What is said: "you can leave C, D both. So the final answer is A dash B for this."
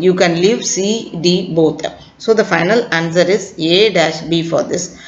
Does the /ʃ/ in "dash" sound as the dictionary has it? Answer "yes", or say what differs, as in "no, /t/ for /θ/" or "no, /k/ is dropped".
yes